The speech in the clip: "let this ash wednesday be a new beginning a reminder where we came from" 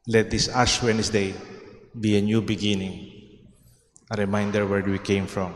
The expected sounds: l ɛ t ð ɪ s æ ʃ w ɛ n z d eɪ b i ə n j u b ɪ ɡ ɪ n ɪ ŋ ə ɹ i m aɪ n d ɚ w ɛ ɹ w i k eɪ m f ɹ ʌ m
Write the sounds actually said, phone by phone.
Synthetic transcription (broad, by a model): l ɛ t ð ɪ s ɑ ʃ w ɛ n s d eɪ b i ə n j u b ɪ ɡ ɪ n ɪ ŋ ə ɹ i m aɪ n d ɚ w ɛ ɹ w i k eɪ m f ɹ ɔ m